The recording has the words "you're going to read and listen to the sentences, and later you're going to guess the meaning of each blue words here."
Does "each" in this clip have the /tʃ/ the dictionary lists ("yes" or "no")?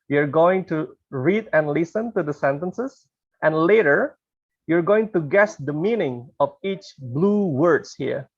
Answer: yes